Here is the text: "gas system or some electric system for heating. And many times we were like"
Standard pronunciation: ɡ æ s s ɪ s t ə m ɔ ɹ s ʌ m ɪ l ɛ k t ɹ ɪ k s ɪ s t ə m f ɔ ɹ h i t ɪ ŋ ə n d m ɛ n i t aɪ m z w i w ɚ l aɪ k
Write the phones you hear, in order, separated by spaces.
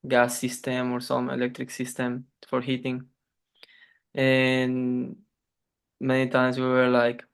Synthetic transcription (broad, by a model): ɡ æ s s ɪ s t ə m ɔ ɹ s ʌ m ɪ l ɛ k t ɹ ɪ k s ɪ s t ə m f ɔ ɹ h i t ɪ ŋ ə n m ɛ n i t aɪ m s w i w ɚ l aɪ k